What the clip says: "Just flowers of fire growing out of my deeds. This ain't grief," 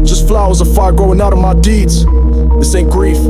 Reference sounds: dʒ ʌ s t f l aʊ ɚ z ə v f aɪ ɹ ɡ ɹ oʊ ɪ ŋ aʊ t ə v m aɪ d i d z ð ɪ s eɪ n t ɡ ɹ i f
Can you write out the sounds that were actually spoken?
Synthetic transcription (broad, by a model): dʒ ʌ s t f l aʊ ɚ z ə f aɪ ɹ ɡ oʊ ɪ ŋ aʊ t ə v m aɪ d i d z ð ɪ s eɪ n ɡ ɹ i f